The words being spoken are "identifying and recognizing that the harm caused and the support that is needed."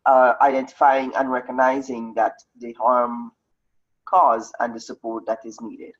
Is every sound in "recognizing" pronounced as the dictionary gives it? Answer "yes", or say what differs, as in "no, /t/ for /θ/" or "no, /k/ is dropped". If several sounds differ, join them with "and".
yes